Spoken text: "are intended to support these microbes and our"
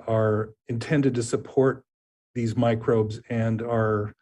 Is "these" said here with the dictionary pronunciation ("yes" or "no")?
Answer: yes